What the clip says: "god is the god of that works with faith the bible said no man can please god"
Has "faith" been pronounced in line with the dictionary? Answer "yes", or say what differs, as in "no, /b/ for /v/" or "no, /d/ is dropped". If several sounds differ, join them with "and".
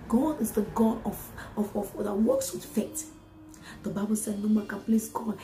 no, /t/ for /θ/